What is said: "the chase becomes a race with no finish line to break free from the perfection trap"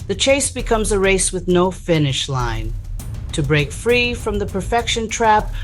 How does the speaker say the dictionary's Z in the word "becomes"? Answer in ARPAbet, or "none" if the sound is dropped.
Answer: Z